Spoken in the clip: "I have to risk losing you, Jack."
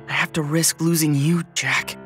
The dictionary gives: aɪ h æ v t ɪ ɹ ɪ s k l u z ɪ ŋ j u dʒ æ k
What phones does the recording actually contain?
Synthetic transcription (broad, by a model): aɪ h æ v t ɪ ɹ ɪ s k l u z ɪ ŋ j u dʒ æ k